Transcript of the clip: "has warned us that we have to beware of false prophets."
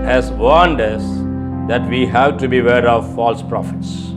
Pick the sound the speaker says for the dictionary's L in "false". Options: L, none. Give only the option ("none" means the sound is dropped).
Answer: L